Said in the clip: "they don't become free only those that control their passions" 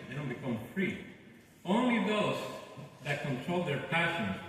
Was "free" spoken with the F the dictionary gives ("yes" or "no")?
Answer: yes